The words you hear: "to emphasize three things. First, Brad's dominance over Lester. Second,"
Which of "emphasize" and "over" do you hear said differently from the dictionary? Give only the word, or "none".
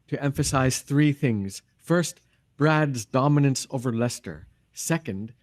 none